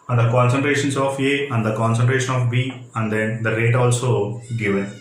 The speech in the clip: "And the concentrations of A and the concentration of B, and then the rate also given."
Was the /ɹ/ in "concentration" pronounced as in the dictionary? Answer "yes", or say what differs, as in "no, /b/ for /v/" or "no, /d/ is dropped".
yes